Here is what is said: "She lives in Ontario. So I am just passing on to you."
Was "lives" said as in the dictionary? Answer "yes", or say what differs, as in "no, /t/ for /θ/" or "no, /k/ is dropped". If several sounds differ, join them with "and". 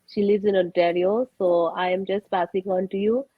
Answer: no, /v/ is dropped